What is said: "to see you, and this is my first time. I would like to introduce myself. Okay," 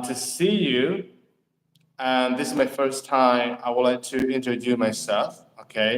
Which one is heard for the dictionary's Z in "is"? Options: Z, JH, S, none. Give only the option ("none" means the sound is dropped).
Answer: Z